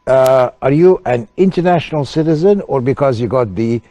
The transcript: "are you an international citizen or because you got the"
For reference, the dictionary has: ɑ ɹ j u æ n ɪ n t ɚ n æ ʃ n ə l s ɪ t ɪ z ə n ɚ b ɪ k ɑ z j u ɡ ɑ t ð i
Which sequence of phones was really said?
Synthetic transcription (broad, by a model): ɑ ɹ j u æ n ɪ n t ɚ n æ ʃ n ə l s ɪ t ɪ z ə n ɚ b ɪ k ɑ z j u ɡ ɑ t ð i